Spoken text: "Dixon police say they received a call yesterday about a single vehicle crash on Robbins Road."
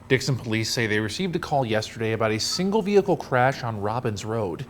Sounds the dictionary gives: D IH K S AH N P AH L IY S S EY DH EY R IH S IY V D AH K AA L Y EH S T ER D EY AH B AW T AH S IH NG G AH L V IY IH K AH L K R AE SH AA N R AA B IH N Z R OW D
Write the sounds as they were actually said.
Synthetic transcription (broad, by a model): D IH K S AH N P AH L IY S S EY DH EY R IH S IY V D AH K AA L Y EH S T ER D EY AH B AW T AH S IH NG G L V IY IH K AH L K R AE SH N R AA B IH N Z R OW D